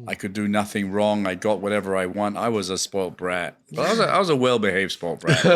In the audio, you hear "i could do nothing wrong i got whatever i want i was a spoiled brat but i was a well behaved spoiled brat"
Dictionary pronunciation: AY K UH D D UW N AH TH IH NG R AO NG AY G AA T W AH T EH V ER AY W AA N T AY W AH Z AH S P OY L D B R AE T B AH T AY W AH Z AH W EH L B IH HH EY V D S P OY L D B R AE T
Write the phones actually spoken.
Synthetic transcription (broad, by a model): AY K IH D D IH N AH TH IH NG R AO NG AY G AA T W AH T EH V ER AY W AA N T AY W AH Z AH S P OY L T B R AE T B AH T AY W AH Z AH W EH L B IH HH EY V S P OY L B R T